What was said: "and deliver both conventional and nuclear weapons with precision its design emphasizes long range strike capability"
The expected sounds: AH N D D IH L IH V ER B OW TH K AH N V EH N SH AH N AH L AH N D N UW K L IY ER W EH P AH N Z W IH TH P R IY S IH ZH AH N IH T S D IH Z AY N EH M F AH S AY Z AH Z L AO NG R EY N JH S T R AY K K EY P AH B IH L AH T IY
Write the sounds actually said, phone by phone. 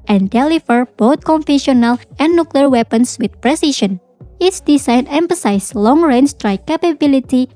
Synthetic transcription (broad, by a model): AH N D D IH L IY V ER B OW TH K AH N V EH SH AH N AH L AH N N UW K L IY ER W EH P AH N S W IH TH P R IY S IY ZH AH N IH T S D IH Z AY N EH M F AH S AY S L AO NG R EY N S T R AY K K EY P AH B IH L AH T IY